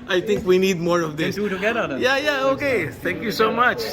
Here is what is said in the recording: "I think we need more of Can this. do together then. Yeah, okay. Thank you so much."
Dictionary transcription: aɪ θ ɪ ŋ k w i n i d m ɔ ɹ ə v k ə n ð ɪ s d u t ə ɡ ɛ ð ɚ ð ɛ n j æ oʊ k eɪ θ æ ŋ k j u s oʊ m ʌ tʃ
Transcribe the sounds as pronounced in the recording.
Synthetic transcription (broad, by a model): aɪ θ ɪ ŋ k w i n i d m ɔ ɹ ə v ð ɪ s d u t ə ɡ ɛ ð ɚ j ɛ j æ oʊ k eɪ t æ ŋ k j u s oʊ m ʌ tʃ